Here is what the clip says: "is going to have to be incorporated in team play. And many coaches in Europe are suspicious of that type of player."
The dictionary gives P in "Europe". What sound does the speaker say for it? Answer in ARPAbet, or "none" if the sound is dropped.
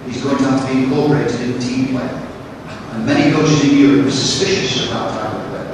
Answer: none